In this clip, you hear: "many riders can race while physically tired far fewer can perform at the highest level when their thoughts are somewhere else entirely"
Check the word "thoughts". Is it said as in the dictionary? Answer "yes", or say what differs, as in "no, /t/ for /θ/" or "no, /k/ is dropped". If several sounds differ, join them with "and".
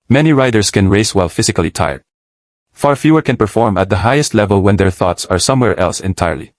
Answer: yes